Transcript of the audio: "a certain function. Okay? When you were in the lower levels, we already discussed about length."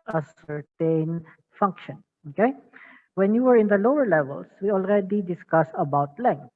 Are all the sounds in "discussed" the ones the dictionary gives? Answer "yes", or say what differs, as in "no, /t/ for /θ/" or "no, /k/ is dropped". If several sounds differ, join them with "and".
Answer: no, /t/ is dropped